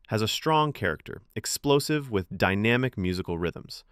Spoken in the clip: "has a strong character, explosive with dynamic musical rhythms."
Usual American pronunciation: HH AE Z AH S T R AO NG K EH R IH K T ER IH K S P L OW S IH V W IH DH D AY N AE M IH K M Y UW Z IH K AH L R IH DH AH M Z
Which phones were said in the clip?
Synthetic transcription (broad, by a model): HH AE Z AH S T R AO NG K EH R IH K T ER IH K S P L OW S IH V W IH DH D AY N AE M IH K M Y UW Z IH K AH L R IH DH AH M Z